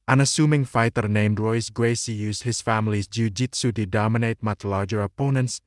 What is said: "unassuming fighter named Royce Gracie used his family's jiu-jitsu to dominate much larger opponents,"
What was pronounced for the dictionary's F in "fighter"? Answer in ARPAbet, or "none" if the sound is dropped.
F